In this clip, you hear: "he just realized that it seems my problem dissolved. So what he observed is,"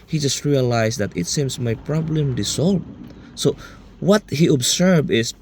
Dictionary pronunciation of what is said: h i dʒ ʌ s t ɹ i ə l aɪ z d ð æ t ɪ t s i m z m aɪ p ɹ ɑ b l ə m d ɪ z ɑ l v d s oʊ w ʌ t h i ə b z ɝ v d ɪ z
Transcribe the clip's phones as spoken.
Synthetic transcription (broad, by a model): h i dʒ ʌ s t ɹ i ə l aɪ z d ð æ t ɪ t s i m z m aɪ p ɹ ɑ b l ə m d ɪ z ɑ l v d s oʊ w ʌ t h i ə b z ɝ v ɪ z